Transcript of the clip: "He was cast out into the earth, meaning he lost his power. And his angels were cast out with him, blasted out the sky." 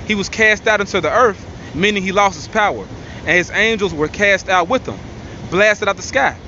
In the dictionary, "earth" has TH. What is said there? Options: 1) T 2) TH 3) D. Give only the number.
2